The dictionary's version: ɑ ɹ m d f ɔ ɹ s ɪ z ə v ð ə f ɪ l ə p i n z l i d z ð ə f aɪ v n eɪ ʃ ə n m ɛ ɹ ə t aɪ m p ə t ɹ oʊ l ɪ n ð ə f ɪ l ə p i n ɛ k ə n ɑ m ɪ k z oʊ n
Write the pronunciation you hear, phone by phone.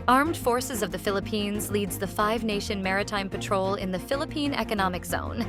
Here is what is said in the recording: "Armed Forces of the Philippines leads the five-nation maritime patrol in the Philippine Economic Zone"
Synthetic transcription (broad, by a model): ɑ ɹ m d f ɔ ɹ s ɪ z ə v ð ə f ɪ l ə p i n z l i d z ð ə f aɪ v n eɪ ʃ ə n m ɛ ɹ ə t aɪ m p ə t ɹ oʊ l ɪ n ð ə f ɪ l ə p i n ɛ k ə n ɑ m ɪ k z oʊ n